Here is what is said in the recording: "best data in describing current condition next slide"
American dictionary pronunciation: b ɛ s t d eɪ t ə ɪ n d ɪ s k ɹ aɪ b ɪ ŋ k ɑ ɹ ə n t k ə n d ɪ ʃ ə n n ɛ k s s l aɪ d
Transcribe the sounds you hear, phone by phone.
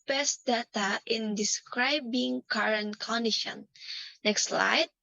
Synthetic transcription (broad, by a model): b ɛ s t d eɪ t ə ɪ n d ɪ s k ɹ aɪ b ɪ ŋ k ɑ ɹ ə n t k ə n d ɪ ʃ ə n n ɛ k s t l aɪ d